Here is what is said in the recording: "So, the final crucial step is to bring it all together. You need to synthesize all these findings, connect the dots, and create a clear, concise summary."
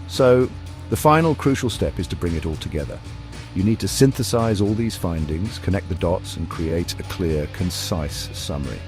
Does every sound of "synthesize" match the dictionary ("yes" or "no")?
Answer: yes